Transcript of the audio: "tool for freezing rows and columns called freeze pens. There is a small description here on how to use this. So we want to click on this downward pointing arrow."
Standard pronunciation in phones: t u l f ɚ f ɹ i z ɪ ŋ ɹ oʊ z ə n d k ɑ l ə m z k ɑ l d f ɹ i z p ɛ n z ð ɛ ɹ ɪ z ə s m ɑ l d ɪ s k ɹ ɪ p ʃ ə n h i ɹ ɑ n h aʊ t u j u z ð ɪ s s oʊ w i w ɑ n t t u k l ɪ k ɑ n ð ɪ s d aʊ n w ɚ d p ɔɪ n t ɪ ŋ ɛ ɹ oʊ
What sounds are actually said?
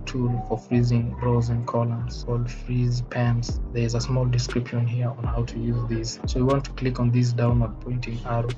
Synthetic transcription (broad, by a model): t u l f ɚ f ɹ i z ɪ ŋ ɹ oʊ z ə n k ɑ l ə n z k ɑ l d f ɹ i z p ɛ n s ð ɛ ɹ ɪ z ə s m ɑ l d ɪ s k ɹ ɪ p ʃ ə n h i ɹ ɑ n h aʊ t u j u z ð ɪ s s oʊ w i w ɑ n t t u k l ɪ k ɑ n ð ɪ s d aʊ n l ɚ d p ɔɪ n t ɪ ŋ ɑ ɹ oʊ